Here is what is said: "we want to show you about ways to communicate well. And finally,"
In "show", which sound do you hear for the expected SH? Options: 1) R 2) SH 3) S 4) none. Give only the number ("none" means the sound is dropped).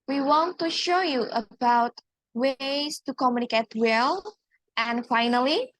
2